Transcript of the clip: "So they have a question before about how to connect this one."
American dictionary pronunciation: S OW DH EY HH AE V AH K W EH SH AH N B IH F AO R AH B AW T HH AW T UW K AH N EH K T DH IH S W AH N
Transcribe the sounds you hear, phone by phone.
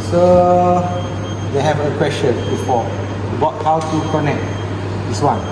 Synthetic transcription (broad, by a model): S OW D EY HH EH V AH K W EH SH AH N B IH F AO W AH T HH AW T UW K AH N EH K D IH S W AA N